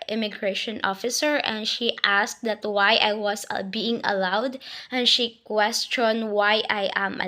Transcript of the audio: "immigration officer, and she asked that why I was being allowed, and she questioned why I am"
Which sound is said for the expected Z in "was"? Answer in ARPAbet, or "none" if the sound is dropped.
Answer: S